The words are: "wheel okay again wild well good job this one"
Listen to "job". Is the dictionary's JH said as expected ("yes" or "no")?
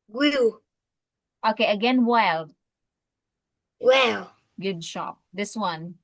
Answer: no